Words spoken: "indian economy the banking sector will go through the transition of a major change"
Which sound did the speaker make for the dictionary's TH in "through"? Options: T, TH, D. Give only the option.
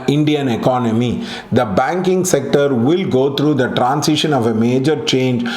T